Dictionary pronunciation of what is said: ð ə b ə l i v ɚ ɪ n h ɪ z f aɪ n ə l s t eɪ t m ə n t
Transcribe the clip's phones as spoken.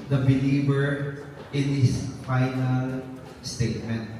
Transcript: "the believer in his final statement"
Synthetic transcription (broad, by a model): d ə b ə l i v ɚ ɪ n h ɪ s f aɪ n ə l s t eɪ t m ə n t